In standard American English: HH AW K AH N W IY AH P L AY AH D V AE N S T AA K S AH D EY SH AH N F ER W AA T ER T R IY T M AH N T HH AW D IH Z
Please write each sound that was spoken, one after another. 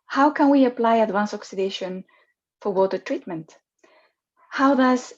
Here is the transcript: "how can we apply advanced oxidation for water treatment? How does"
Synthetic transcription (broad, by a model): HH AW K AH N W IY AH P L AY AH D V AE N S AA K S AH D EY SH AH N F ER W AA T ER T R IY T M AH N T HH AW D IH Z